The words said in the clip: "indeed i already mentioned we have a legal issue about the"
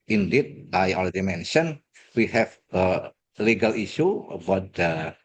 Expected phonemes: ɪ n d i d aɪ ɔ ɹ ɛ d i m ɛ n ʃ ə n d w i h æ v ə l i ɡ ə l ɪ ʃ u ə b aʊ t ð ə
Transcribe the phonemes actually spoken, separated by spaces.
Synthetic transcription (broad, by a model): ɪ n d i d aɪ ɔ l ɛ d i m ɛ n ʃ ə n w i h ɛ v ə l i ɡ ə l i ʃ u ə b aʊ t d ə